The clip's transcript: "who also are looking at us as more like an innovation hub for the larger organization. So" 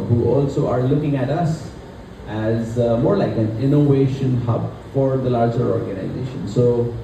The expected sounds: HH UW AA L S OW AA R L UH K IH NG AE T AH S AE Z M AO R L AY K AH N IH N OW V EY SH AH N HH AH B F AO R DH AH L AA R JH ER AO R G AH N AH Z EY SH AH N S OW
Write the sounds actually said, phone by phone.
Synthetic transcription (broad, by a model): HH UW AA L S OW AA R L UH K IH NG AE T AH S AE Z M AO R L AY K AH N IH N OW V EY SH AH N HH AH B F AO R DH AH L AA R JH ER AO R G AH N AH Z EY SH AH N S OW